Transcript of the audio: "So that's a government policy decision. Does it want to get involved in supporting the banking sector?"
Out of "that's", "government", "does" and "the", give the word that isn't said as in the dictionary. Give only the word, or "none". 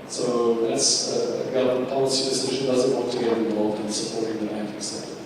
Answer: government